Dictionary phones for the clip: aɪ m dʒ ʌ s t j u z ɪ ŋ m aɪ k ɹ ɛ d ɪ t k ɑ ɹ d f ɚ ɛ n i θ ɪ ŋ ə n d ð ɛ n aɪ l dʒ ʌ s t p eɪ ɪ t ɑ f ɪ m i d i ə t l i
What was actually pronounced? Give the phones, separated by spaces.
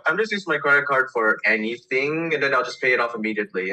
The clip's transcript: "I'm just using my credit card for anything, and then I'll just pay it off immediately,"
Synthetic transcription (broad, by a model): aɪ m dʒ ʌ s t j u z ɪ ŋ m aɪ k ɹ ɛ d ɪ t k ɑ ɹ d f ɚ ɛ n i θ ɪ ŋ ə n ð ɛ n aɪ l dʒ ʌ s p eɪ ɪ t ɑ f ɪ m i d i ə t l i